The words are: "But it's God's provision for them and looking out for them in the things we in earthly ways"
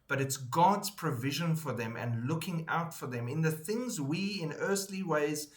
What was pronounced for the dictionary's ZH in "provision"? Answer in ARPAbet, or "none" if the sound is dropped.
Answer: ZH